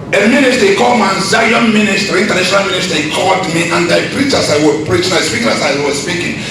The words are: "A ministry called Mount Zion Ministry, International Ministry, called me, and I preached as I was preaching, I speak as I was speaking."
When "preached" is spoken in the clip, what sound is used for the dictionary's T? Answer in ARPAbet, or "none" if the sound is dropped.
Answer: none